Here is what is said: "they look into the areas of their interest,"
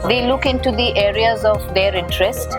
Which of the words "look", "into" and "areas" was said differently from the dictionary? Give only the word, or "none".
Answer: none